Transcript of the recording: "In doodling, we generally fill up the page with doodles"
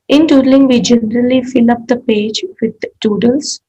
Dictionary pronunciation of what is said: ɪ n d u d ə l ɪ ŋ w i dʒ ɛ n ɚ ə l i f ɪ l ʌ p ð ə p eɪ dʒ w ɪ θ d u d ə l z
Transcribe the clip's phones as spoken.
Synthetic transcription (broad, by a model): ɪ n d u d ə l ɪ ŋ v i dʒ ɛ n ɚ ə l i f ɪ l ʌ p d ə p eɪ dʒ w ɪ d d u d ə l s